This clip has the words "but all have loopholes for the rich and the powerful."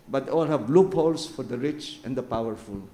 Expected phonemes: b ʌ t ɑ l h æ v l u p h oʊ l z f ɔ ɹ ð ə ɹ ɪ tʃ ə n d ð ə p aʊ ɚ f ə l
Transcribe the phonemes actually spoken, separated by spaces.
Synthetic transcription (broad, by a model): b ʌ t ɑ l h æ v l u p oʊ l s f ɔ ɹ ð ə ɹ ɪ tʃ ə n d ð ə p aʊ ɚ f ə l